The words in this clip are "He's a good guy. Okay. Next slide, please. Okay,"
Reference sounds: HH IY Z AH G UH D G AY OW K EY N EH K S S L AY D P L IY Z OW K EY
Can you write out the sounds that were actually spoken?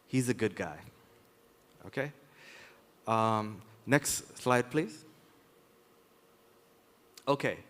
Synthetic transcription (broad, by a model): HH IY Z AH G UH D G AY OW K EY N EH K S S L AY D P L IY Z OW K EY